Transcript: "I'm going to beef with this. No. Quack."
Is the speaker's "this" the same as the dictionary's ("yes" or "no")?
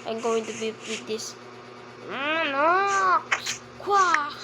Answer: no